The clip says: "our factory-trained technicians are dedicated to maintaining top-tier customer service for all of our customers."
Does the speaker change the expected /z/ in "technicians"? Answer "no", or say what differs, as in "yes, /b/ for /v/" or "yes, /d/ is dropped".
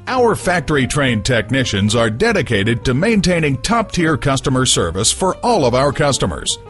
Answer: no